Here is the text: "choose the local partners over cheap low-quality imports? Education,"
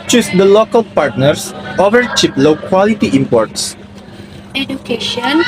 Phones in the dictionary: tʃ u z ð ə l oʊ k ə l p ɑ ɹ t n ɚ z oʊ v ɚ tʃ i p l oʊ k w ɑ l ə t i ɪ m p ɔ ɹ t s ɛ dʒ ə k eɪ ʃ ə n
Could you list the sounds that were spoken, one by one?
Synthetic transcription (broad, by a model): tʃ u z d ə l oʊ k ə l p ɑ ɹ t n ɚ s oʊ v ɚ tʃ i p l oʊ k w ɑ l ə t i ɪ m p ɔ ɹ t s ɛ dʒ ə k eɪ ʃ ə n